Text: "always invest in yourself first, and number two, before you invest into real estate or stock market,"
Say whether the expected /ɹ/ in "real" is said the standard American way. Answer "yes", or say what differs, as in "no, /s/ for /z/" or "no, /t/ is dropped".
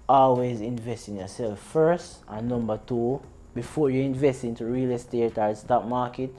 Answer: yes